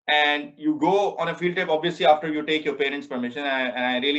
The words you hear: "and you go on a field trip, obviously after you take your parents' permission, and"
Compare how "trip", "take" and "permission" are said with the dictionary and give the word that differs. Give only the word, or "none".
trip